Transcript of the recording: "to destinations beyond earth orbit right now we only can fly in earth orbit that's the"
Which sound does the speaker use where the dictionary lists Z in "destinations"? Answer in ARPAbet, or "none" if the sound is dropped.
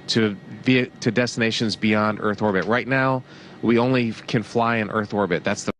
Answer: Z